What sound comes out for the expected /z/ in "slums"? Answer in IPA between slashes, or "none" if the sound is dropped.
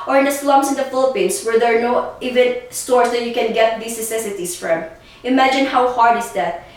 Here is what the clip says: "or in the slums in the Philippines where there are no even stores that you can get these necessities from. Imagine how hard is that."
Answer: /s/